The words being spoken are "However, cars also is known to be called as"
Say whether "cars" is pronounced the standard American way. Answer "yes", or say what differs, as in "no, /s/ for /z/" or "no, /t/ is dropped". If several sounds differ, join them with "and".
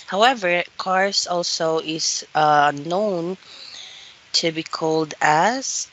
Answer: no, /s/ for /z/